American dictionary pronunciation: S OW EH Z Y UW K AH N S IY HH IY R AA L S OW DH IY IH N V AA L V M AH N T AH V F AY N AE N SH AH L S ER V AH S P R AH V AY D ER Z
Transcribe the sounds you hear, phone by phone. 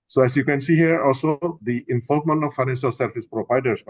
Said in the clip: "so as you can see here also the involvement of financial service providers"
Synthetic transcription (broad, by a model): S OW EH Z Y UW K AH N S IY HH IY R AA L S OW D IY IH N F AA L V M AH N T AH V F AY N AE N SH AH L S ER F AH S P R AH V AY D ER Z